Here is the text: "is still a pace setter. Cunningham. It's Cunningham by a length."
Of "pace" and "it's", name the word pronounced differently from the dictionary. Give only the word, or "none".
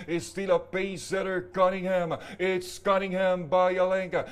pace